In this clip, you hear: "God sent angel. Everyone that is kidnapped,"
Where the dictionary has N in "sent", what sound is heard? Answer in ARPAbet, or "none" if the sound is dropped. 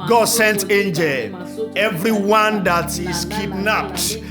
N